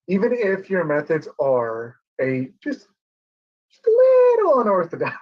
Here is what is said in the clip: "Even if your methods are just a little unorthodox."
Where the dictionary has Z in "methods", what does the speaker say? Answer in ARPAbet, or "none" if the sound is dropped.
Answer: Z